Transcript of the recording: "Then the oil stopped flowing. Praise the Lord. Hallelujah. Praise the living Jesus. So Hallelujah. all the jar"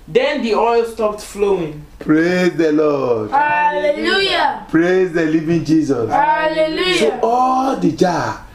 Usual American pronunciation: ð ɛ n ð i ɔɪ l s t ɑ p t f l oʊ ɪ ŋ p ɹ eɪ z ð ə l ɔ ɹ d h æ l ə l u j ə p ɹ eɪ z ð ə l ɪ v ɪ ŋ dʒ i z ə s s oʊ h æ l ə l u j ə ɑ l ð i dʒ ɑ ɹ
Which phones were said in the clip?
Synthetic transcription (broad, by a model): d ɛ n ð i ɔɪ l s t ɑ p t f l oʊ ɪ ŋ p ɹ eɪ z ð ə l ɔ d h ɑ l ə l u j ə p ɹ eɪ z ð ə l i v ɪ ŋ dʒ i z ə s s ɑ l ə l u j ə ɑ l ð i dʒ ɑ